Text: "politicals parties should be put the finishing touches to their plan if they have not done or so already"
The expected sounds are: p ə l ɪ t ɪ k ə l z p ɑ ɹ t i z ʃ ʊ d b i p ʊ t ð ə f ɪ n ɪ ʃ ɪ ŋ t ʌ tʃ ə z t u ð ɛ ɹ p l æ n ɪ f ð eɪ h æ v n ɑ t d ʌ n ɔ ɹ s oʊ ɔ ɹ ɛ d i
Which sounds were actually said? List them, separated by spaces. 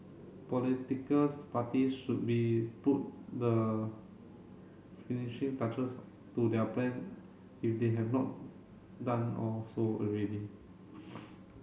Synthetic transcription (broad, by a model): p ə l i t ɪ k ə l s p ɑ t i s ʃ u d b i p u t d ə f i n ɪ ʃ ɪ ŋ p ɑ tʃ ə s t u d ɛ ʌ p l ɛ n ɪ f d eɪ h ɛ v n ɑ t d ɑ n ɔ l s oʊ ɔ ɹ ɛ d i